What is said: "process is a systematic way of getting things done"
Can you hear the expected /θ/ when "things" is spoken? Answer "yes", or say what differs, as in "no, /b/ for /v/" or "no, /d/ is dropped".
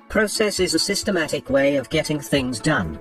yes